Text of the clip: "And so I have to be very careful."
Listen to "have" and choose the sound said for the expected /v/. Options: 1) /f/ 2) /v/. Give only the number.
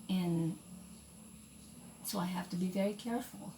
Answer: 1